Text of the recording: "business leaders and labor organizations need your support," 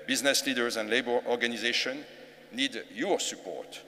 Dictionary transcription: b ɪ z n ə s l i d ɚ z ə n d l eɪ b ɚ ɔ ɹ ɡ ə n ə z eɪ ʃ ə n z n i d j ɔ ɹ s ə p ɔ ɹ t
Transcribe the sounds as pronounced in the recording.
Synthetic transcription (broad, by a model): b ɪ z n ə s l i d ɚ z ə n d l eɪ b ɚ ɔ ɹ ɡ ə n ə z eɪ ʃ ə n n i d j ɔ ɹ s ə p ɔ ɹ t